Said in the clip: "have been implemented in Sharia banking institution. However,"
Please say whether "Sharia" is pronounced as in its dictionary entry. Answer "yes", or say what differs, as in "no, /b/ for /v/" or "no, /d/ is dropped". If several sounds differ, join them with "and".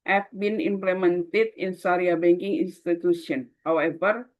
no, /s/ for /ʃ/